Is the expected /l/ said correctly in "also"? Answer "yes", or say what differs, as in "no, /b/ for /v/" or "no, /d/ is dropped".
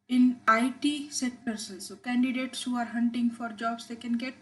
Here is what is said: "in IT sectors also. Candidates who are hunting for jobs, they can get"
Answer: no, /n/ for /l/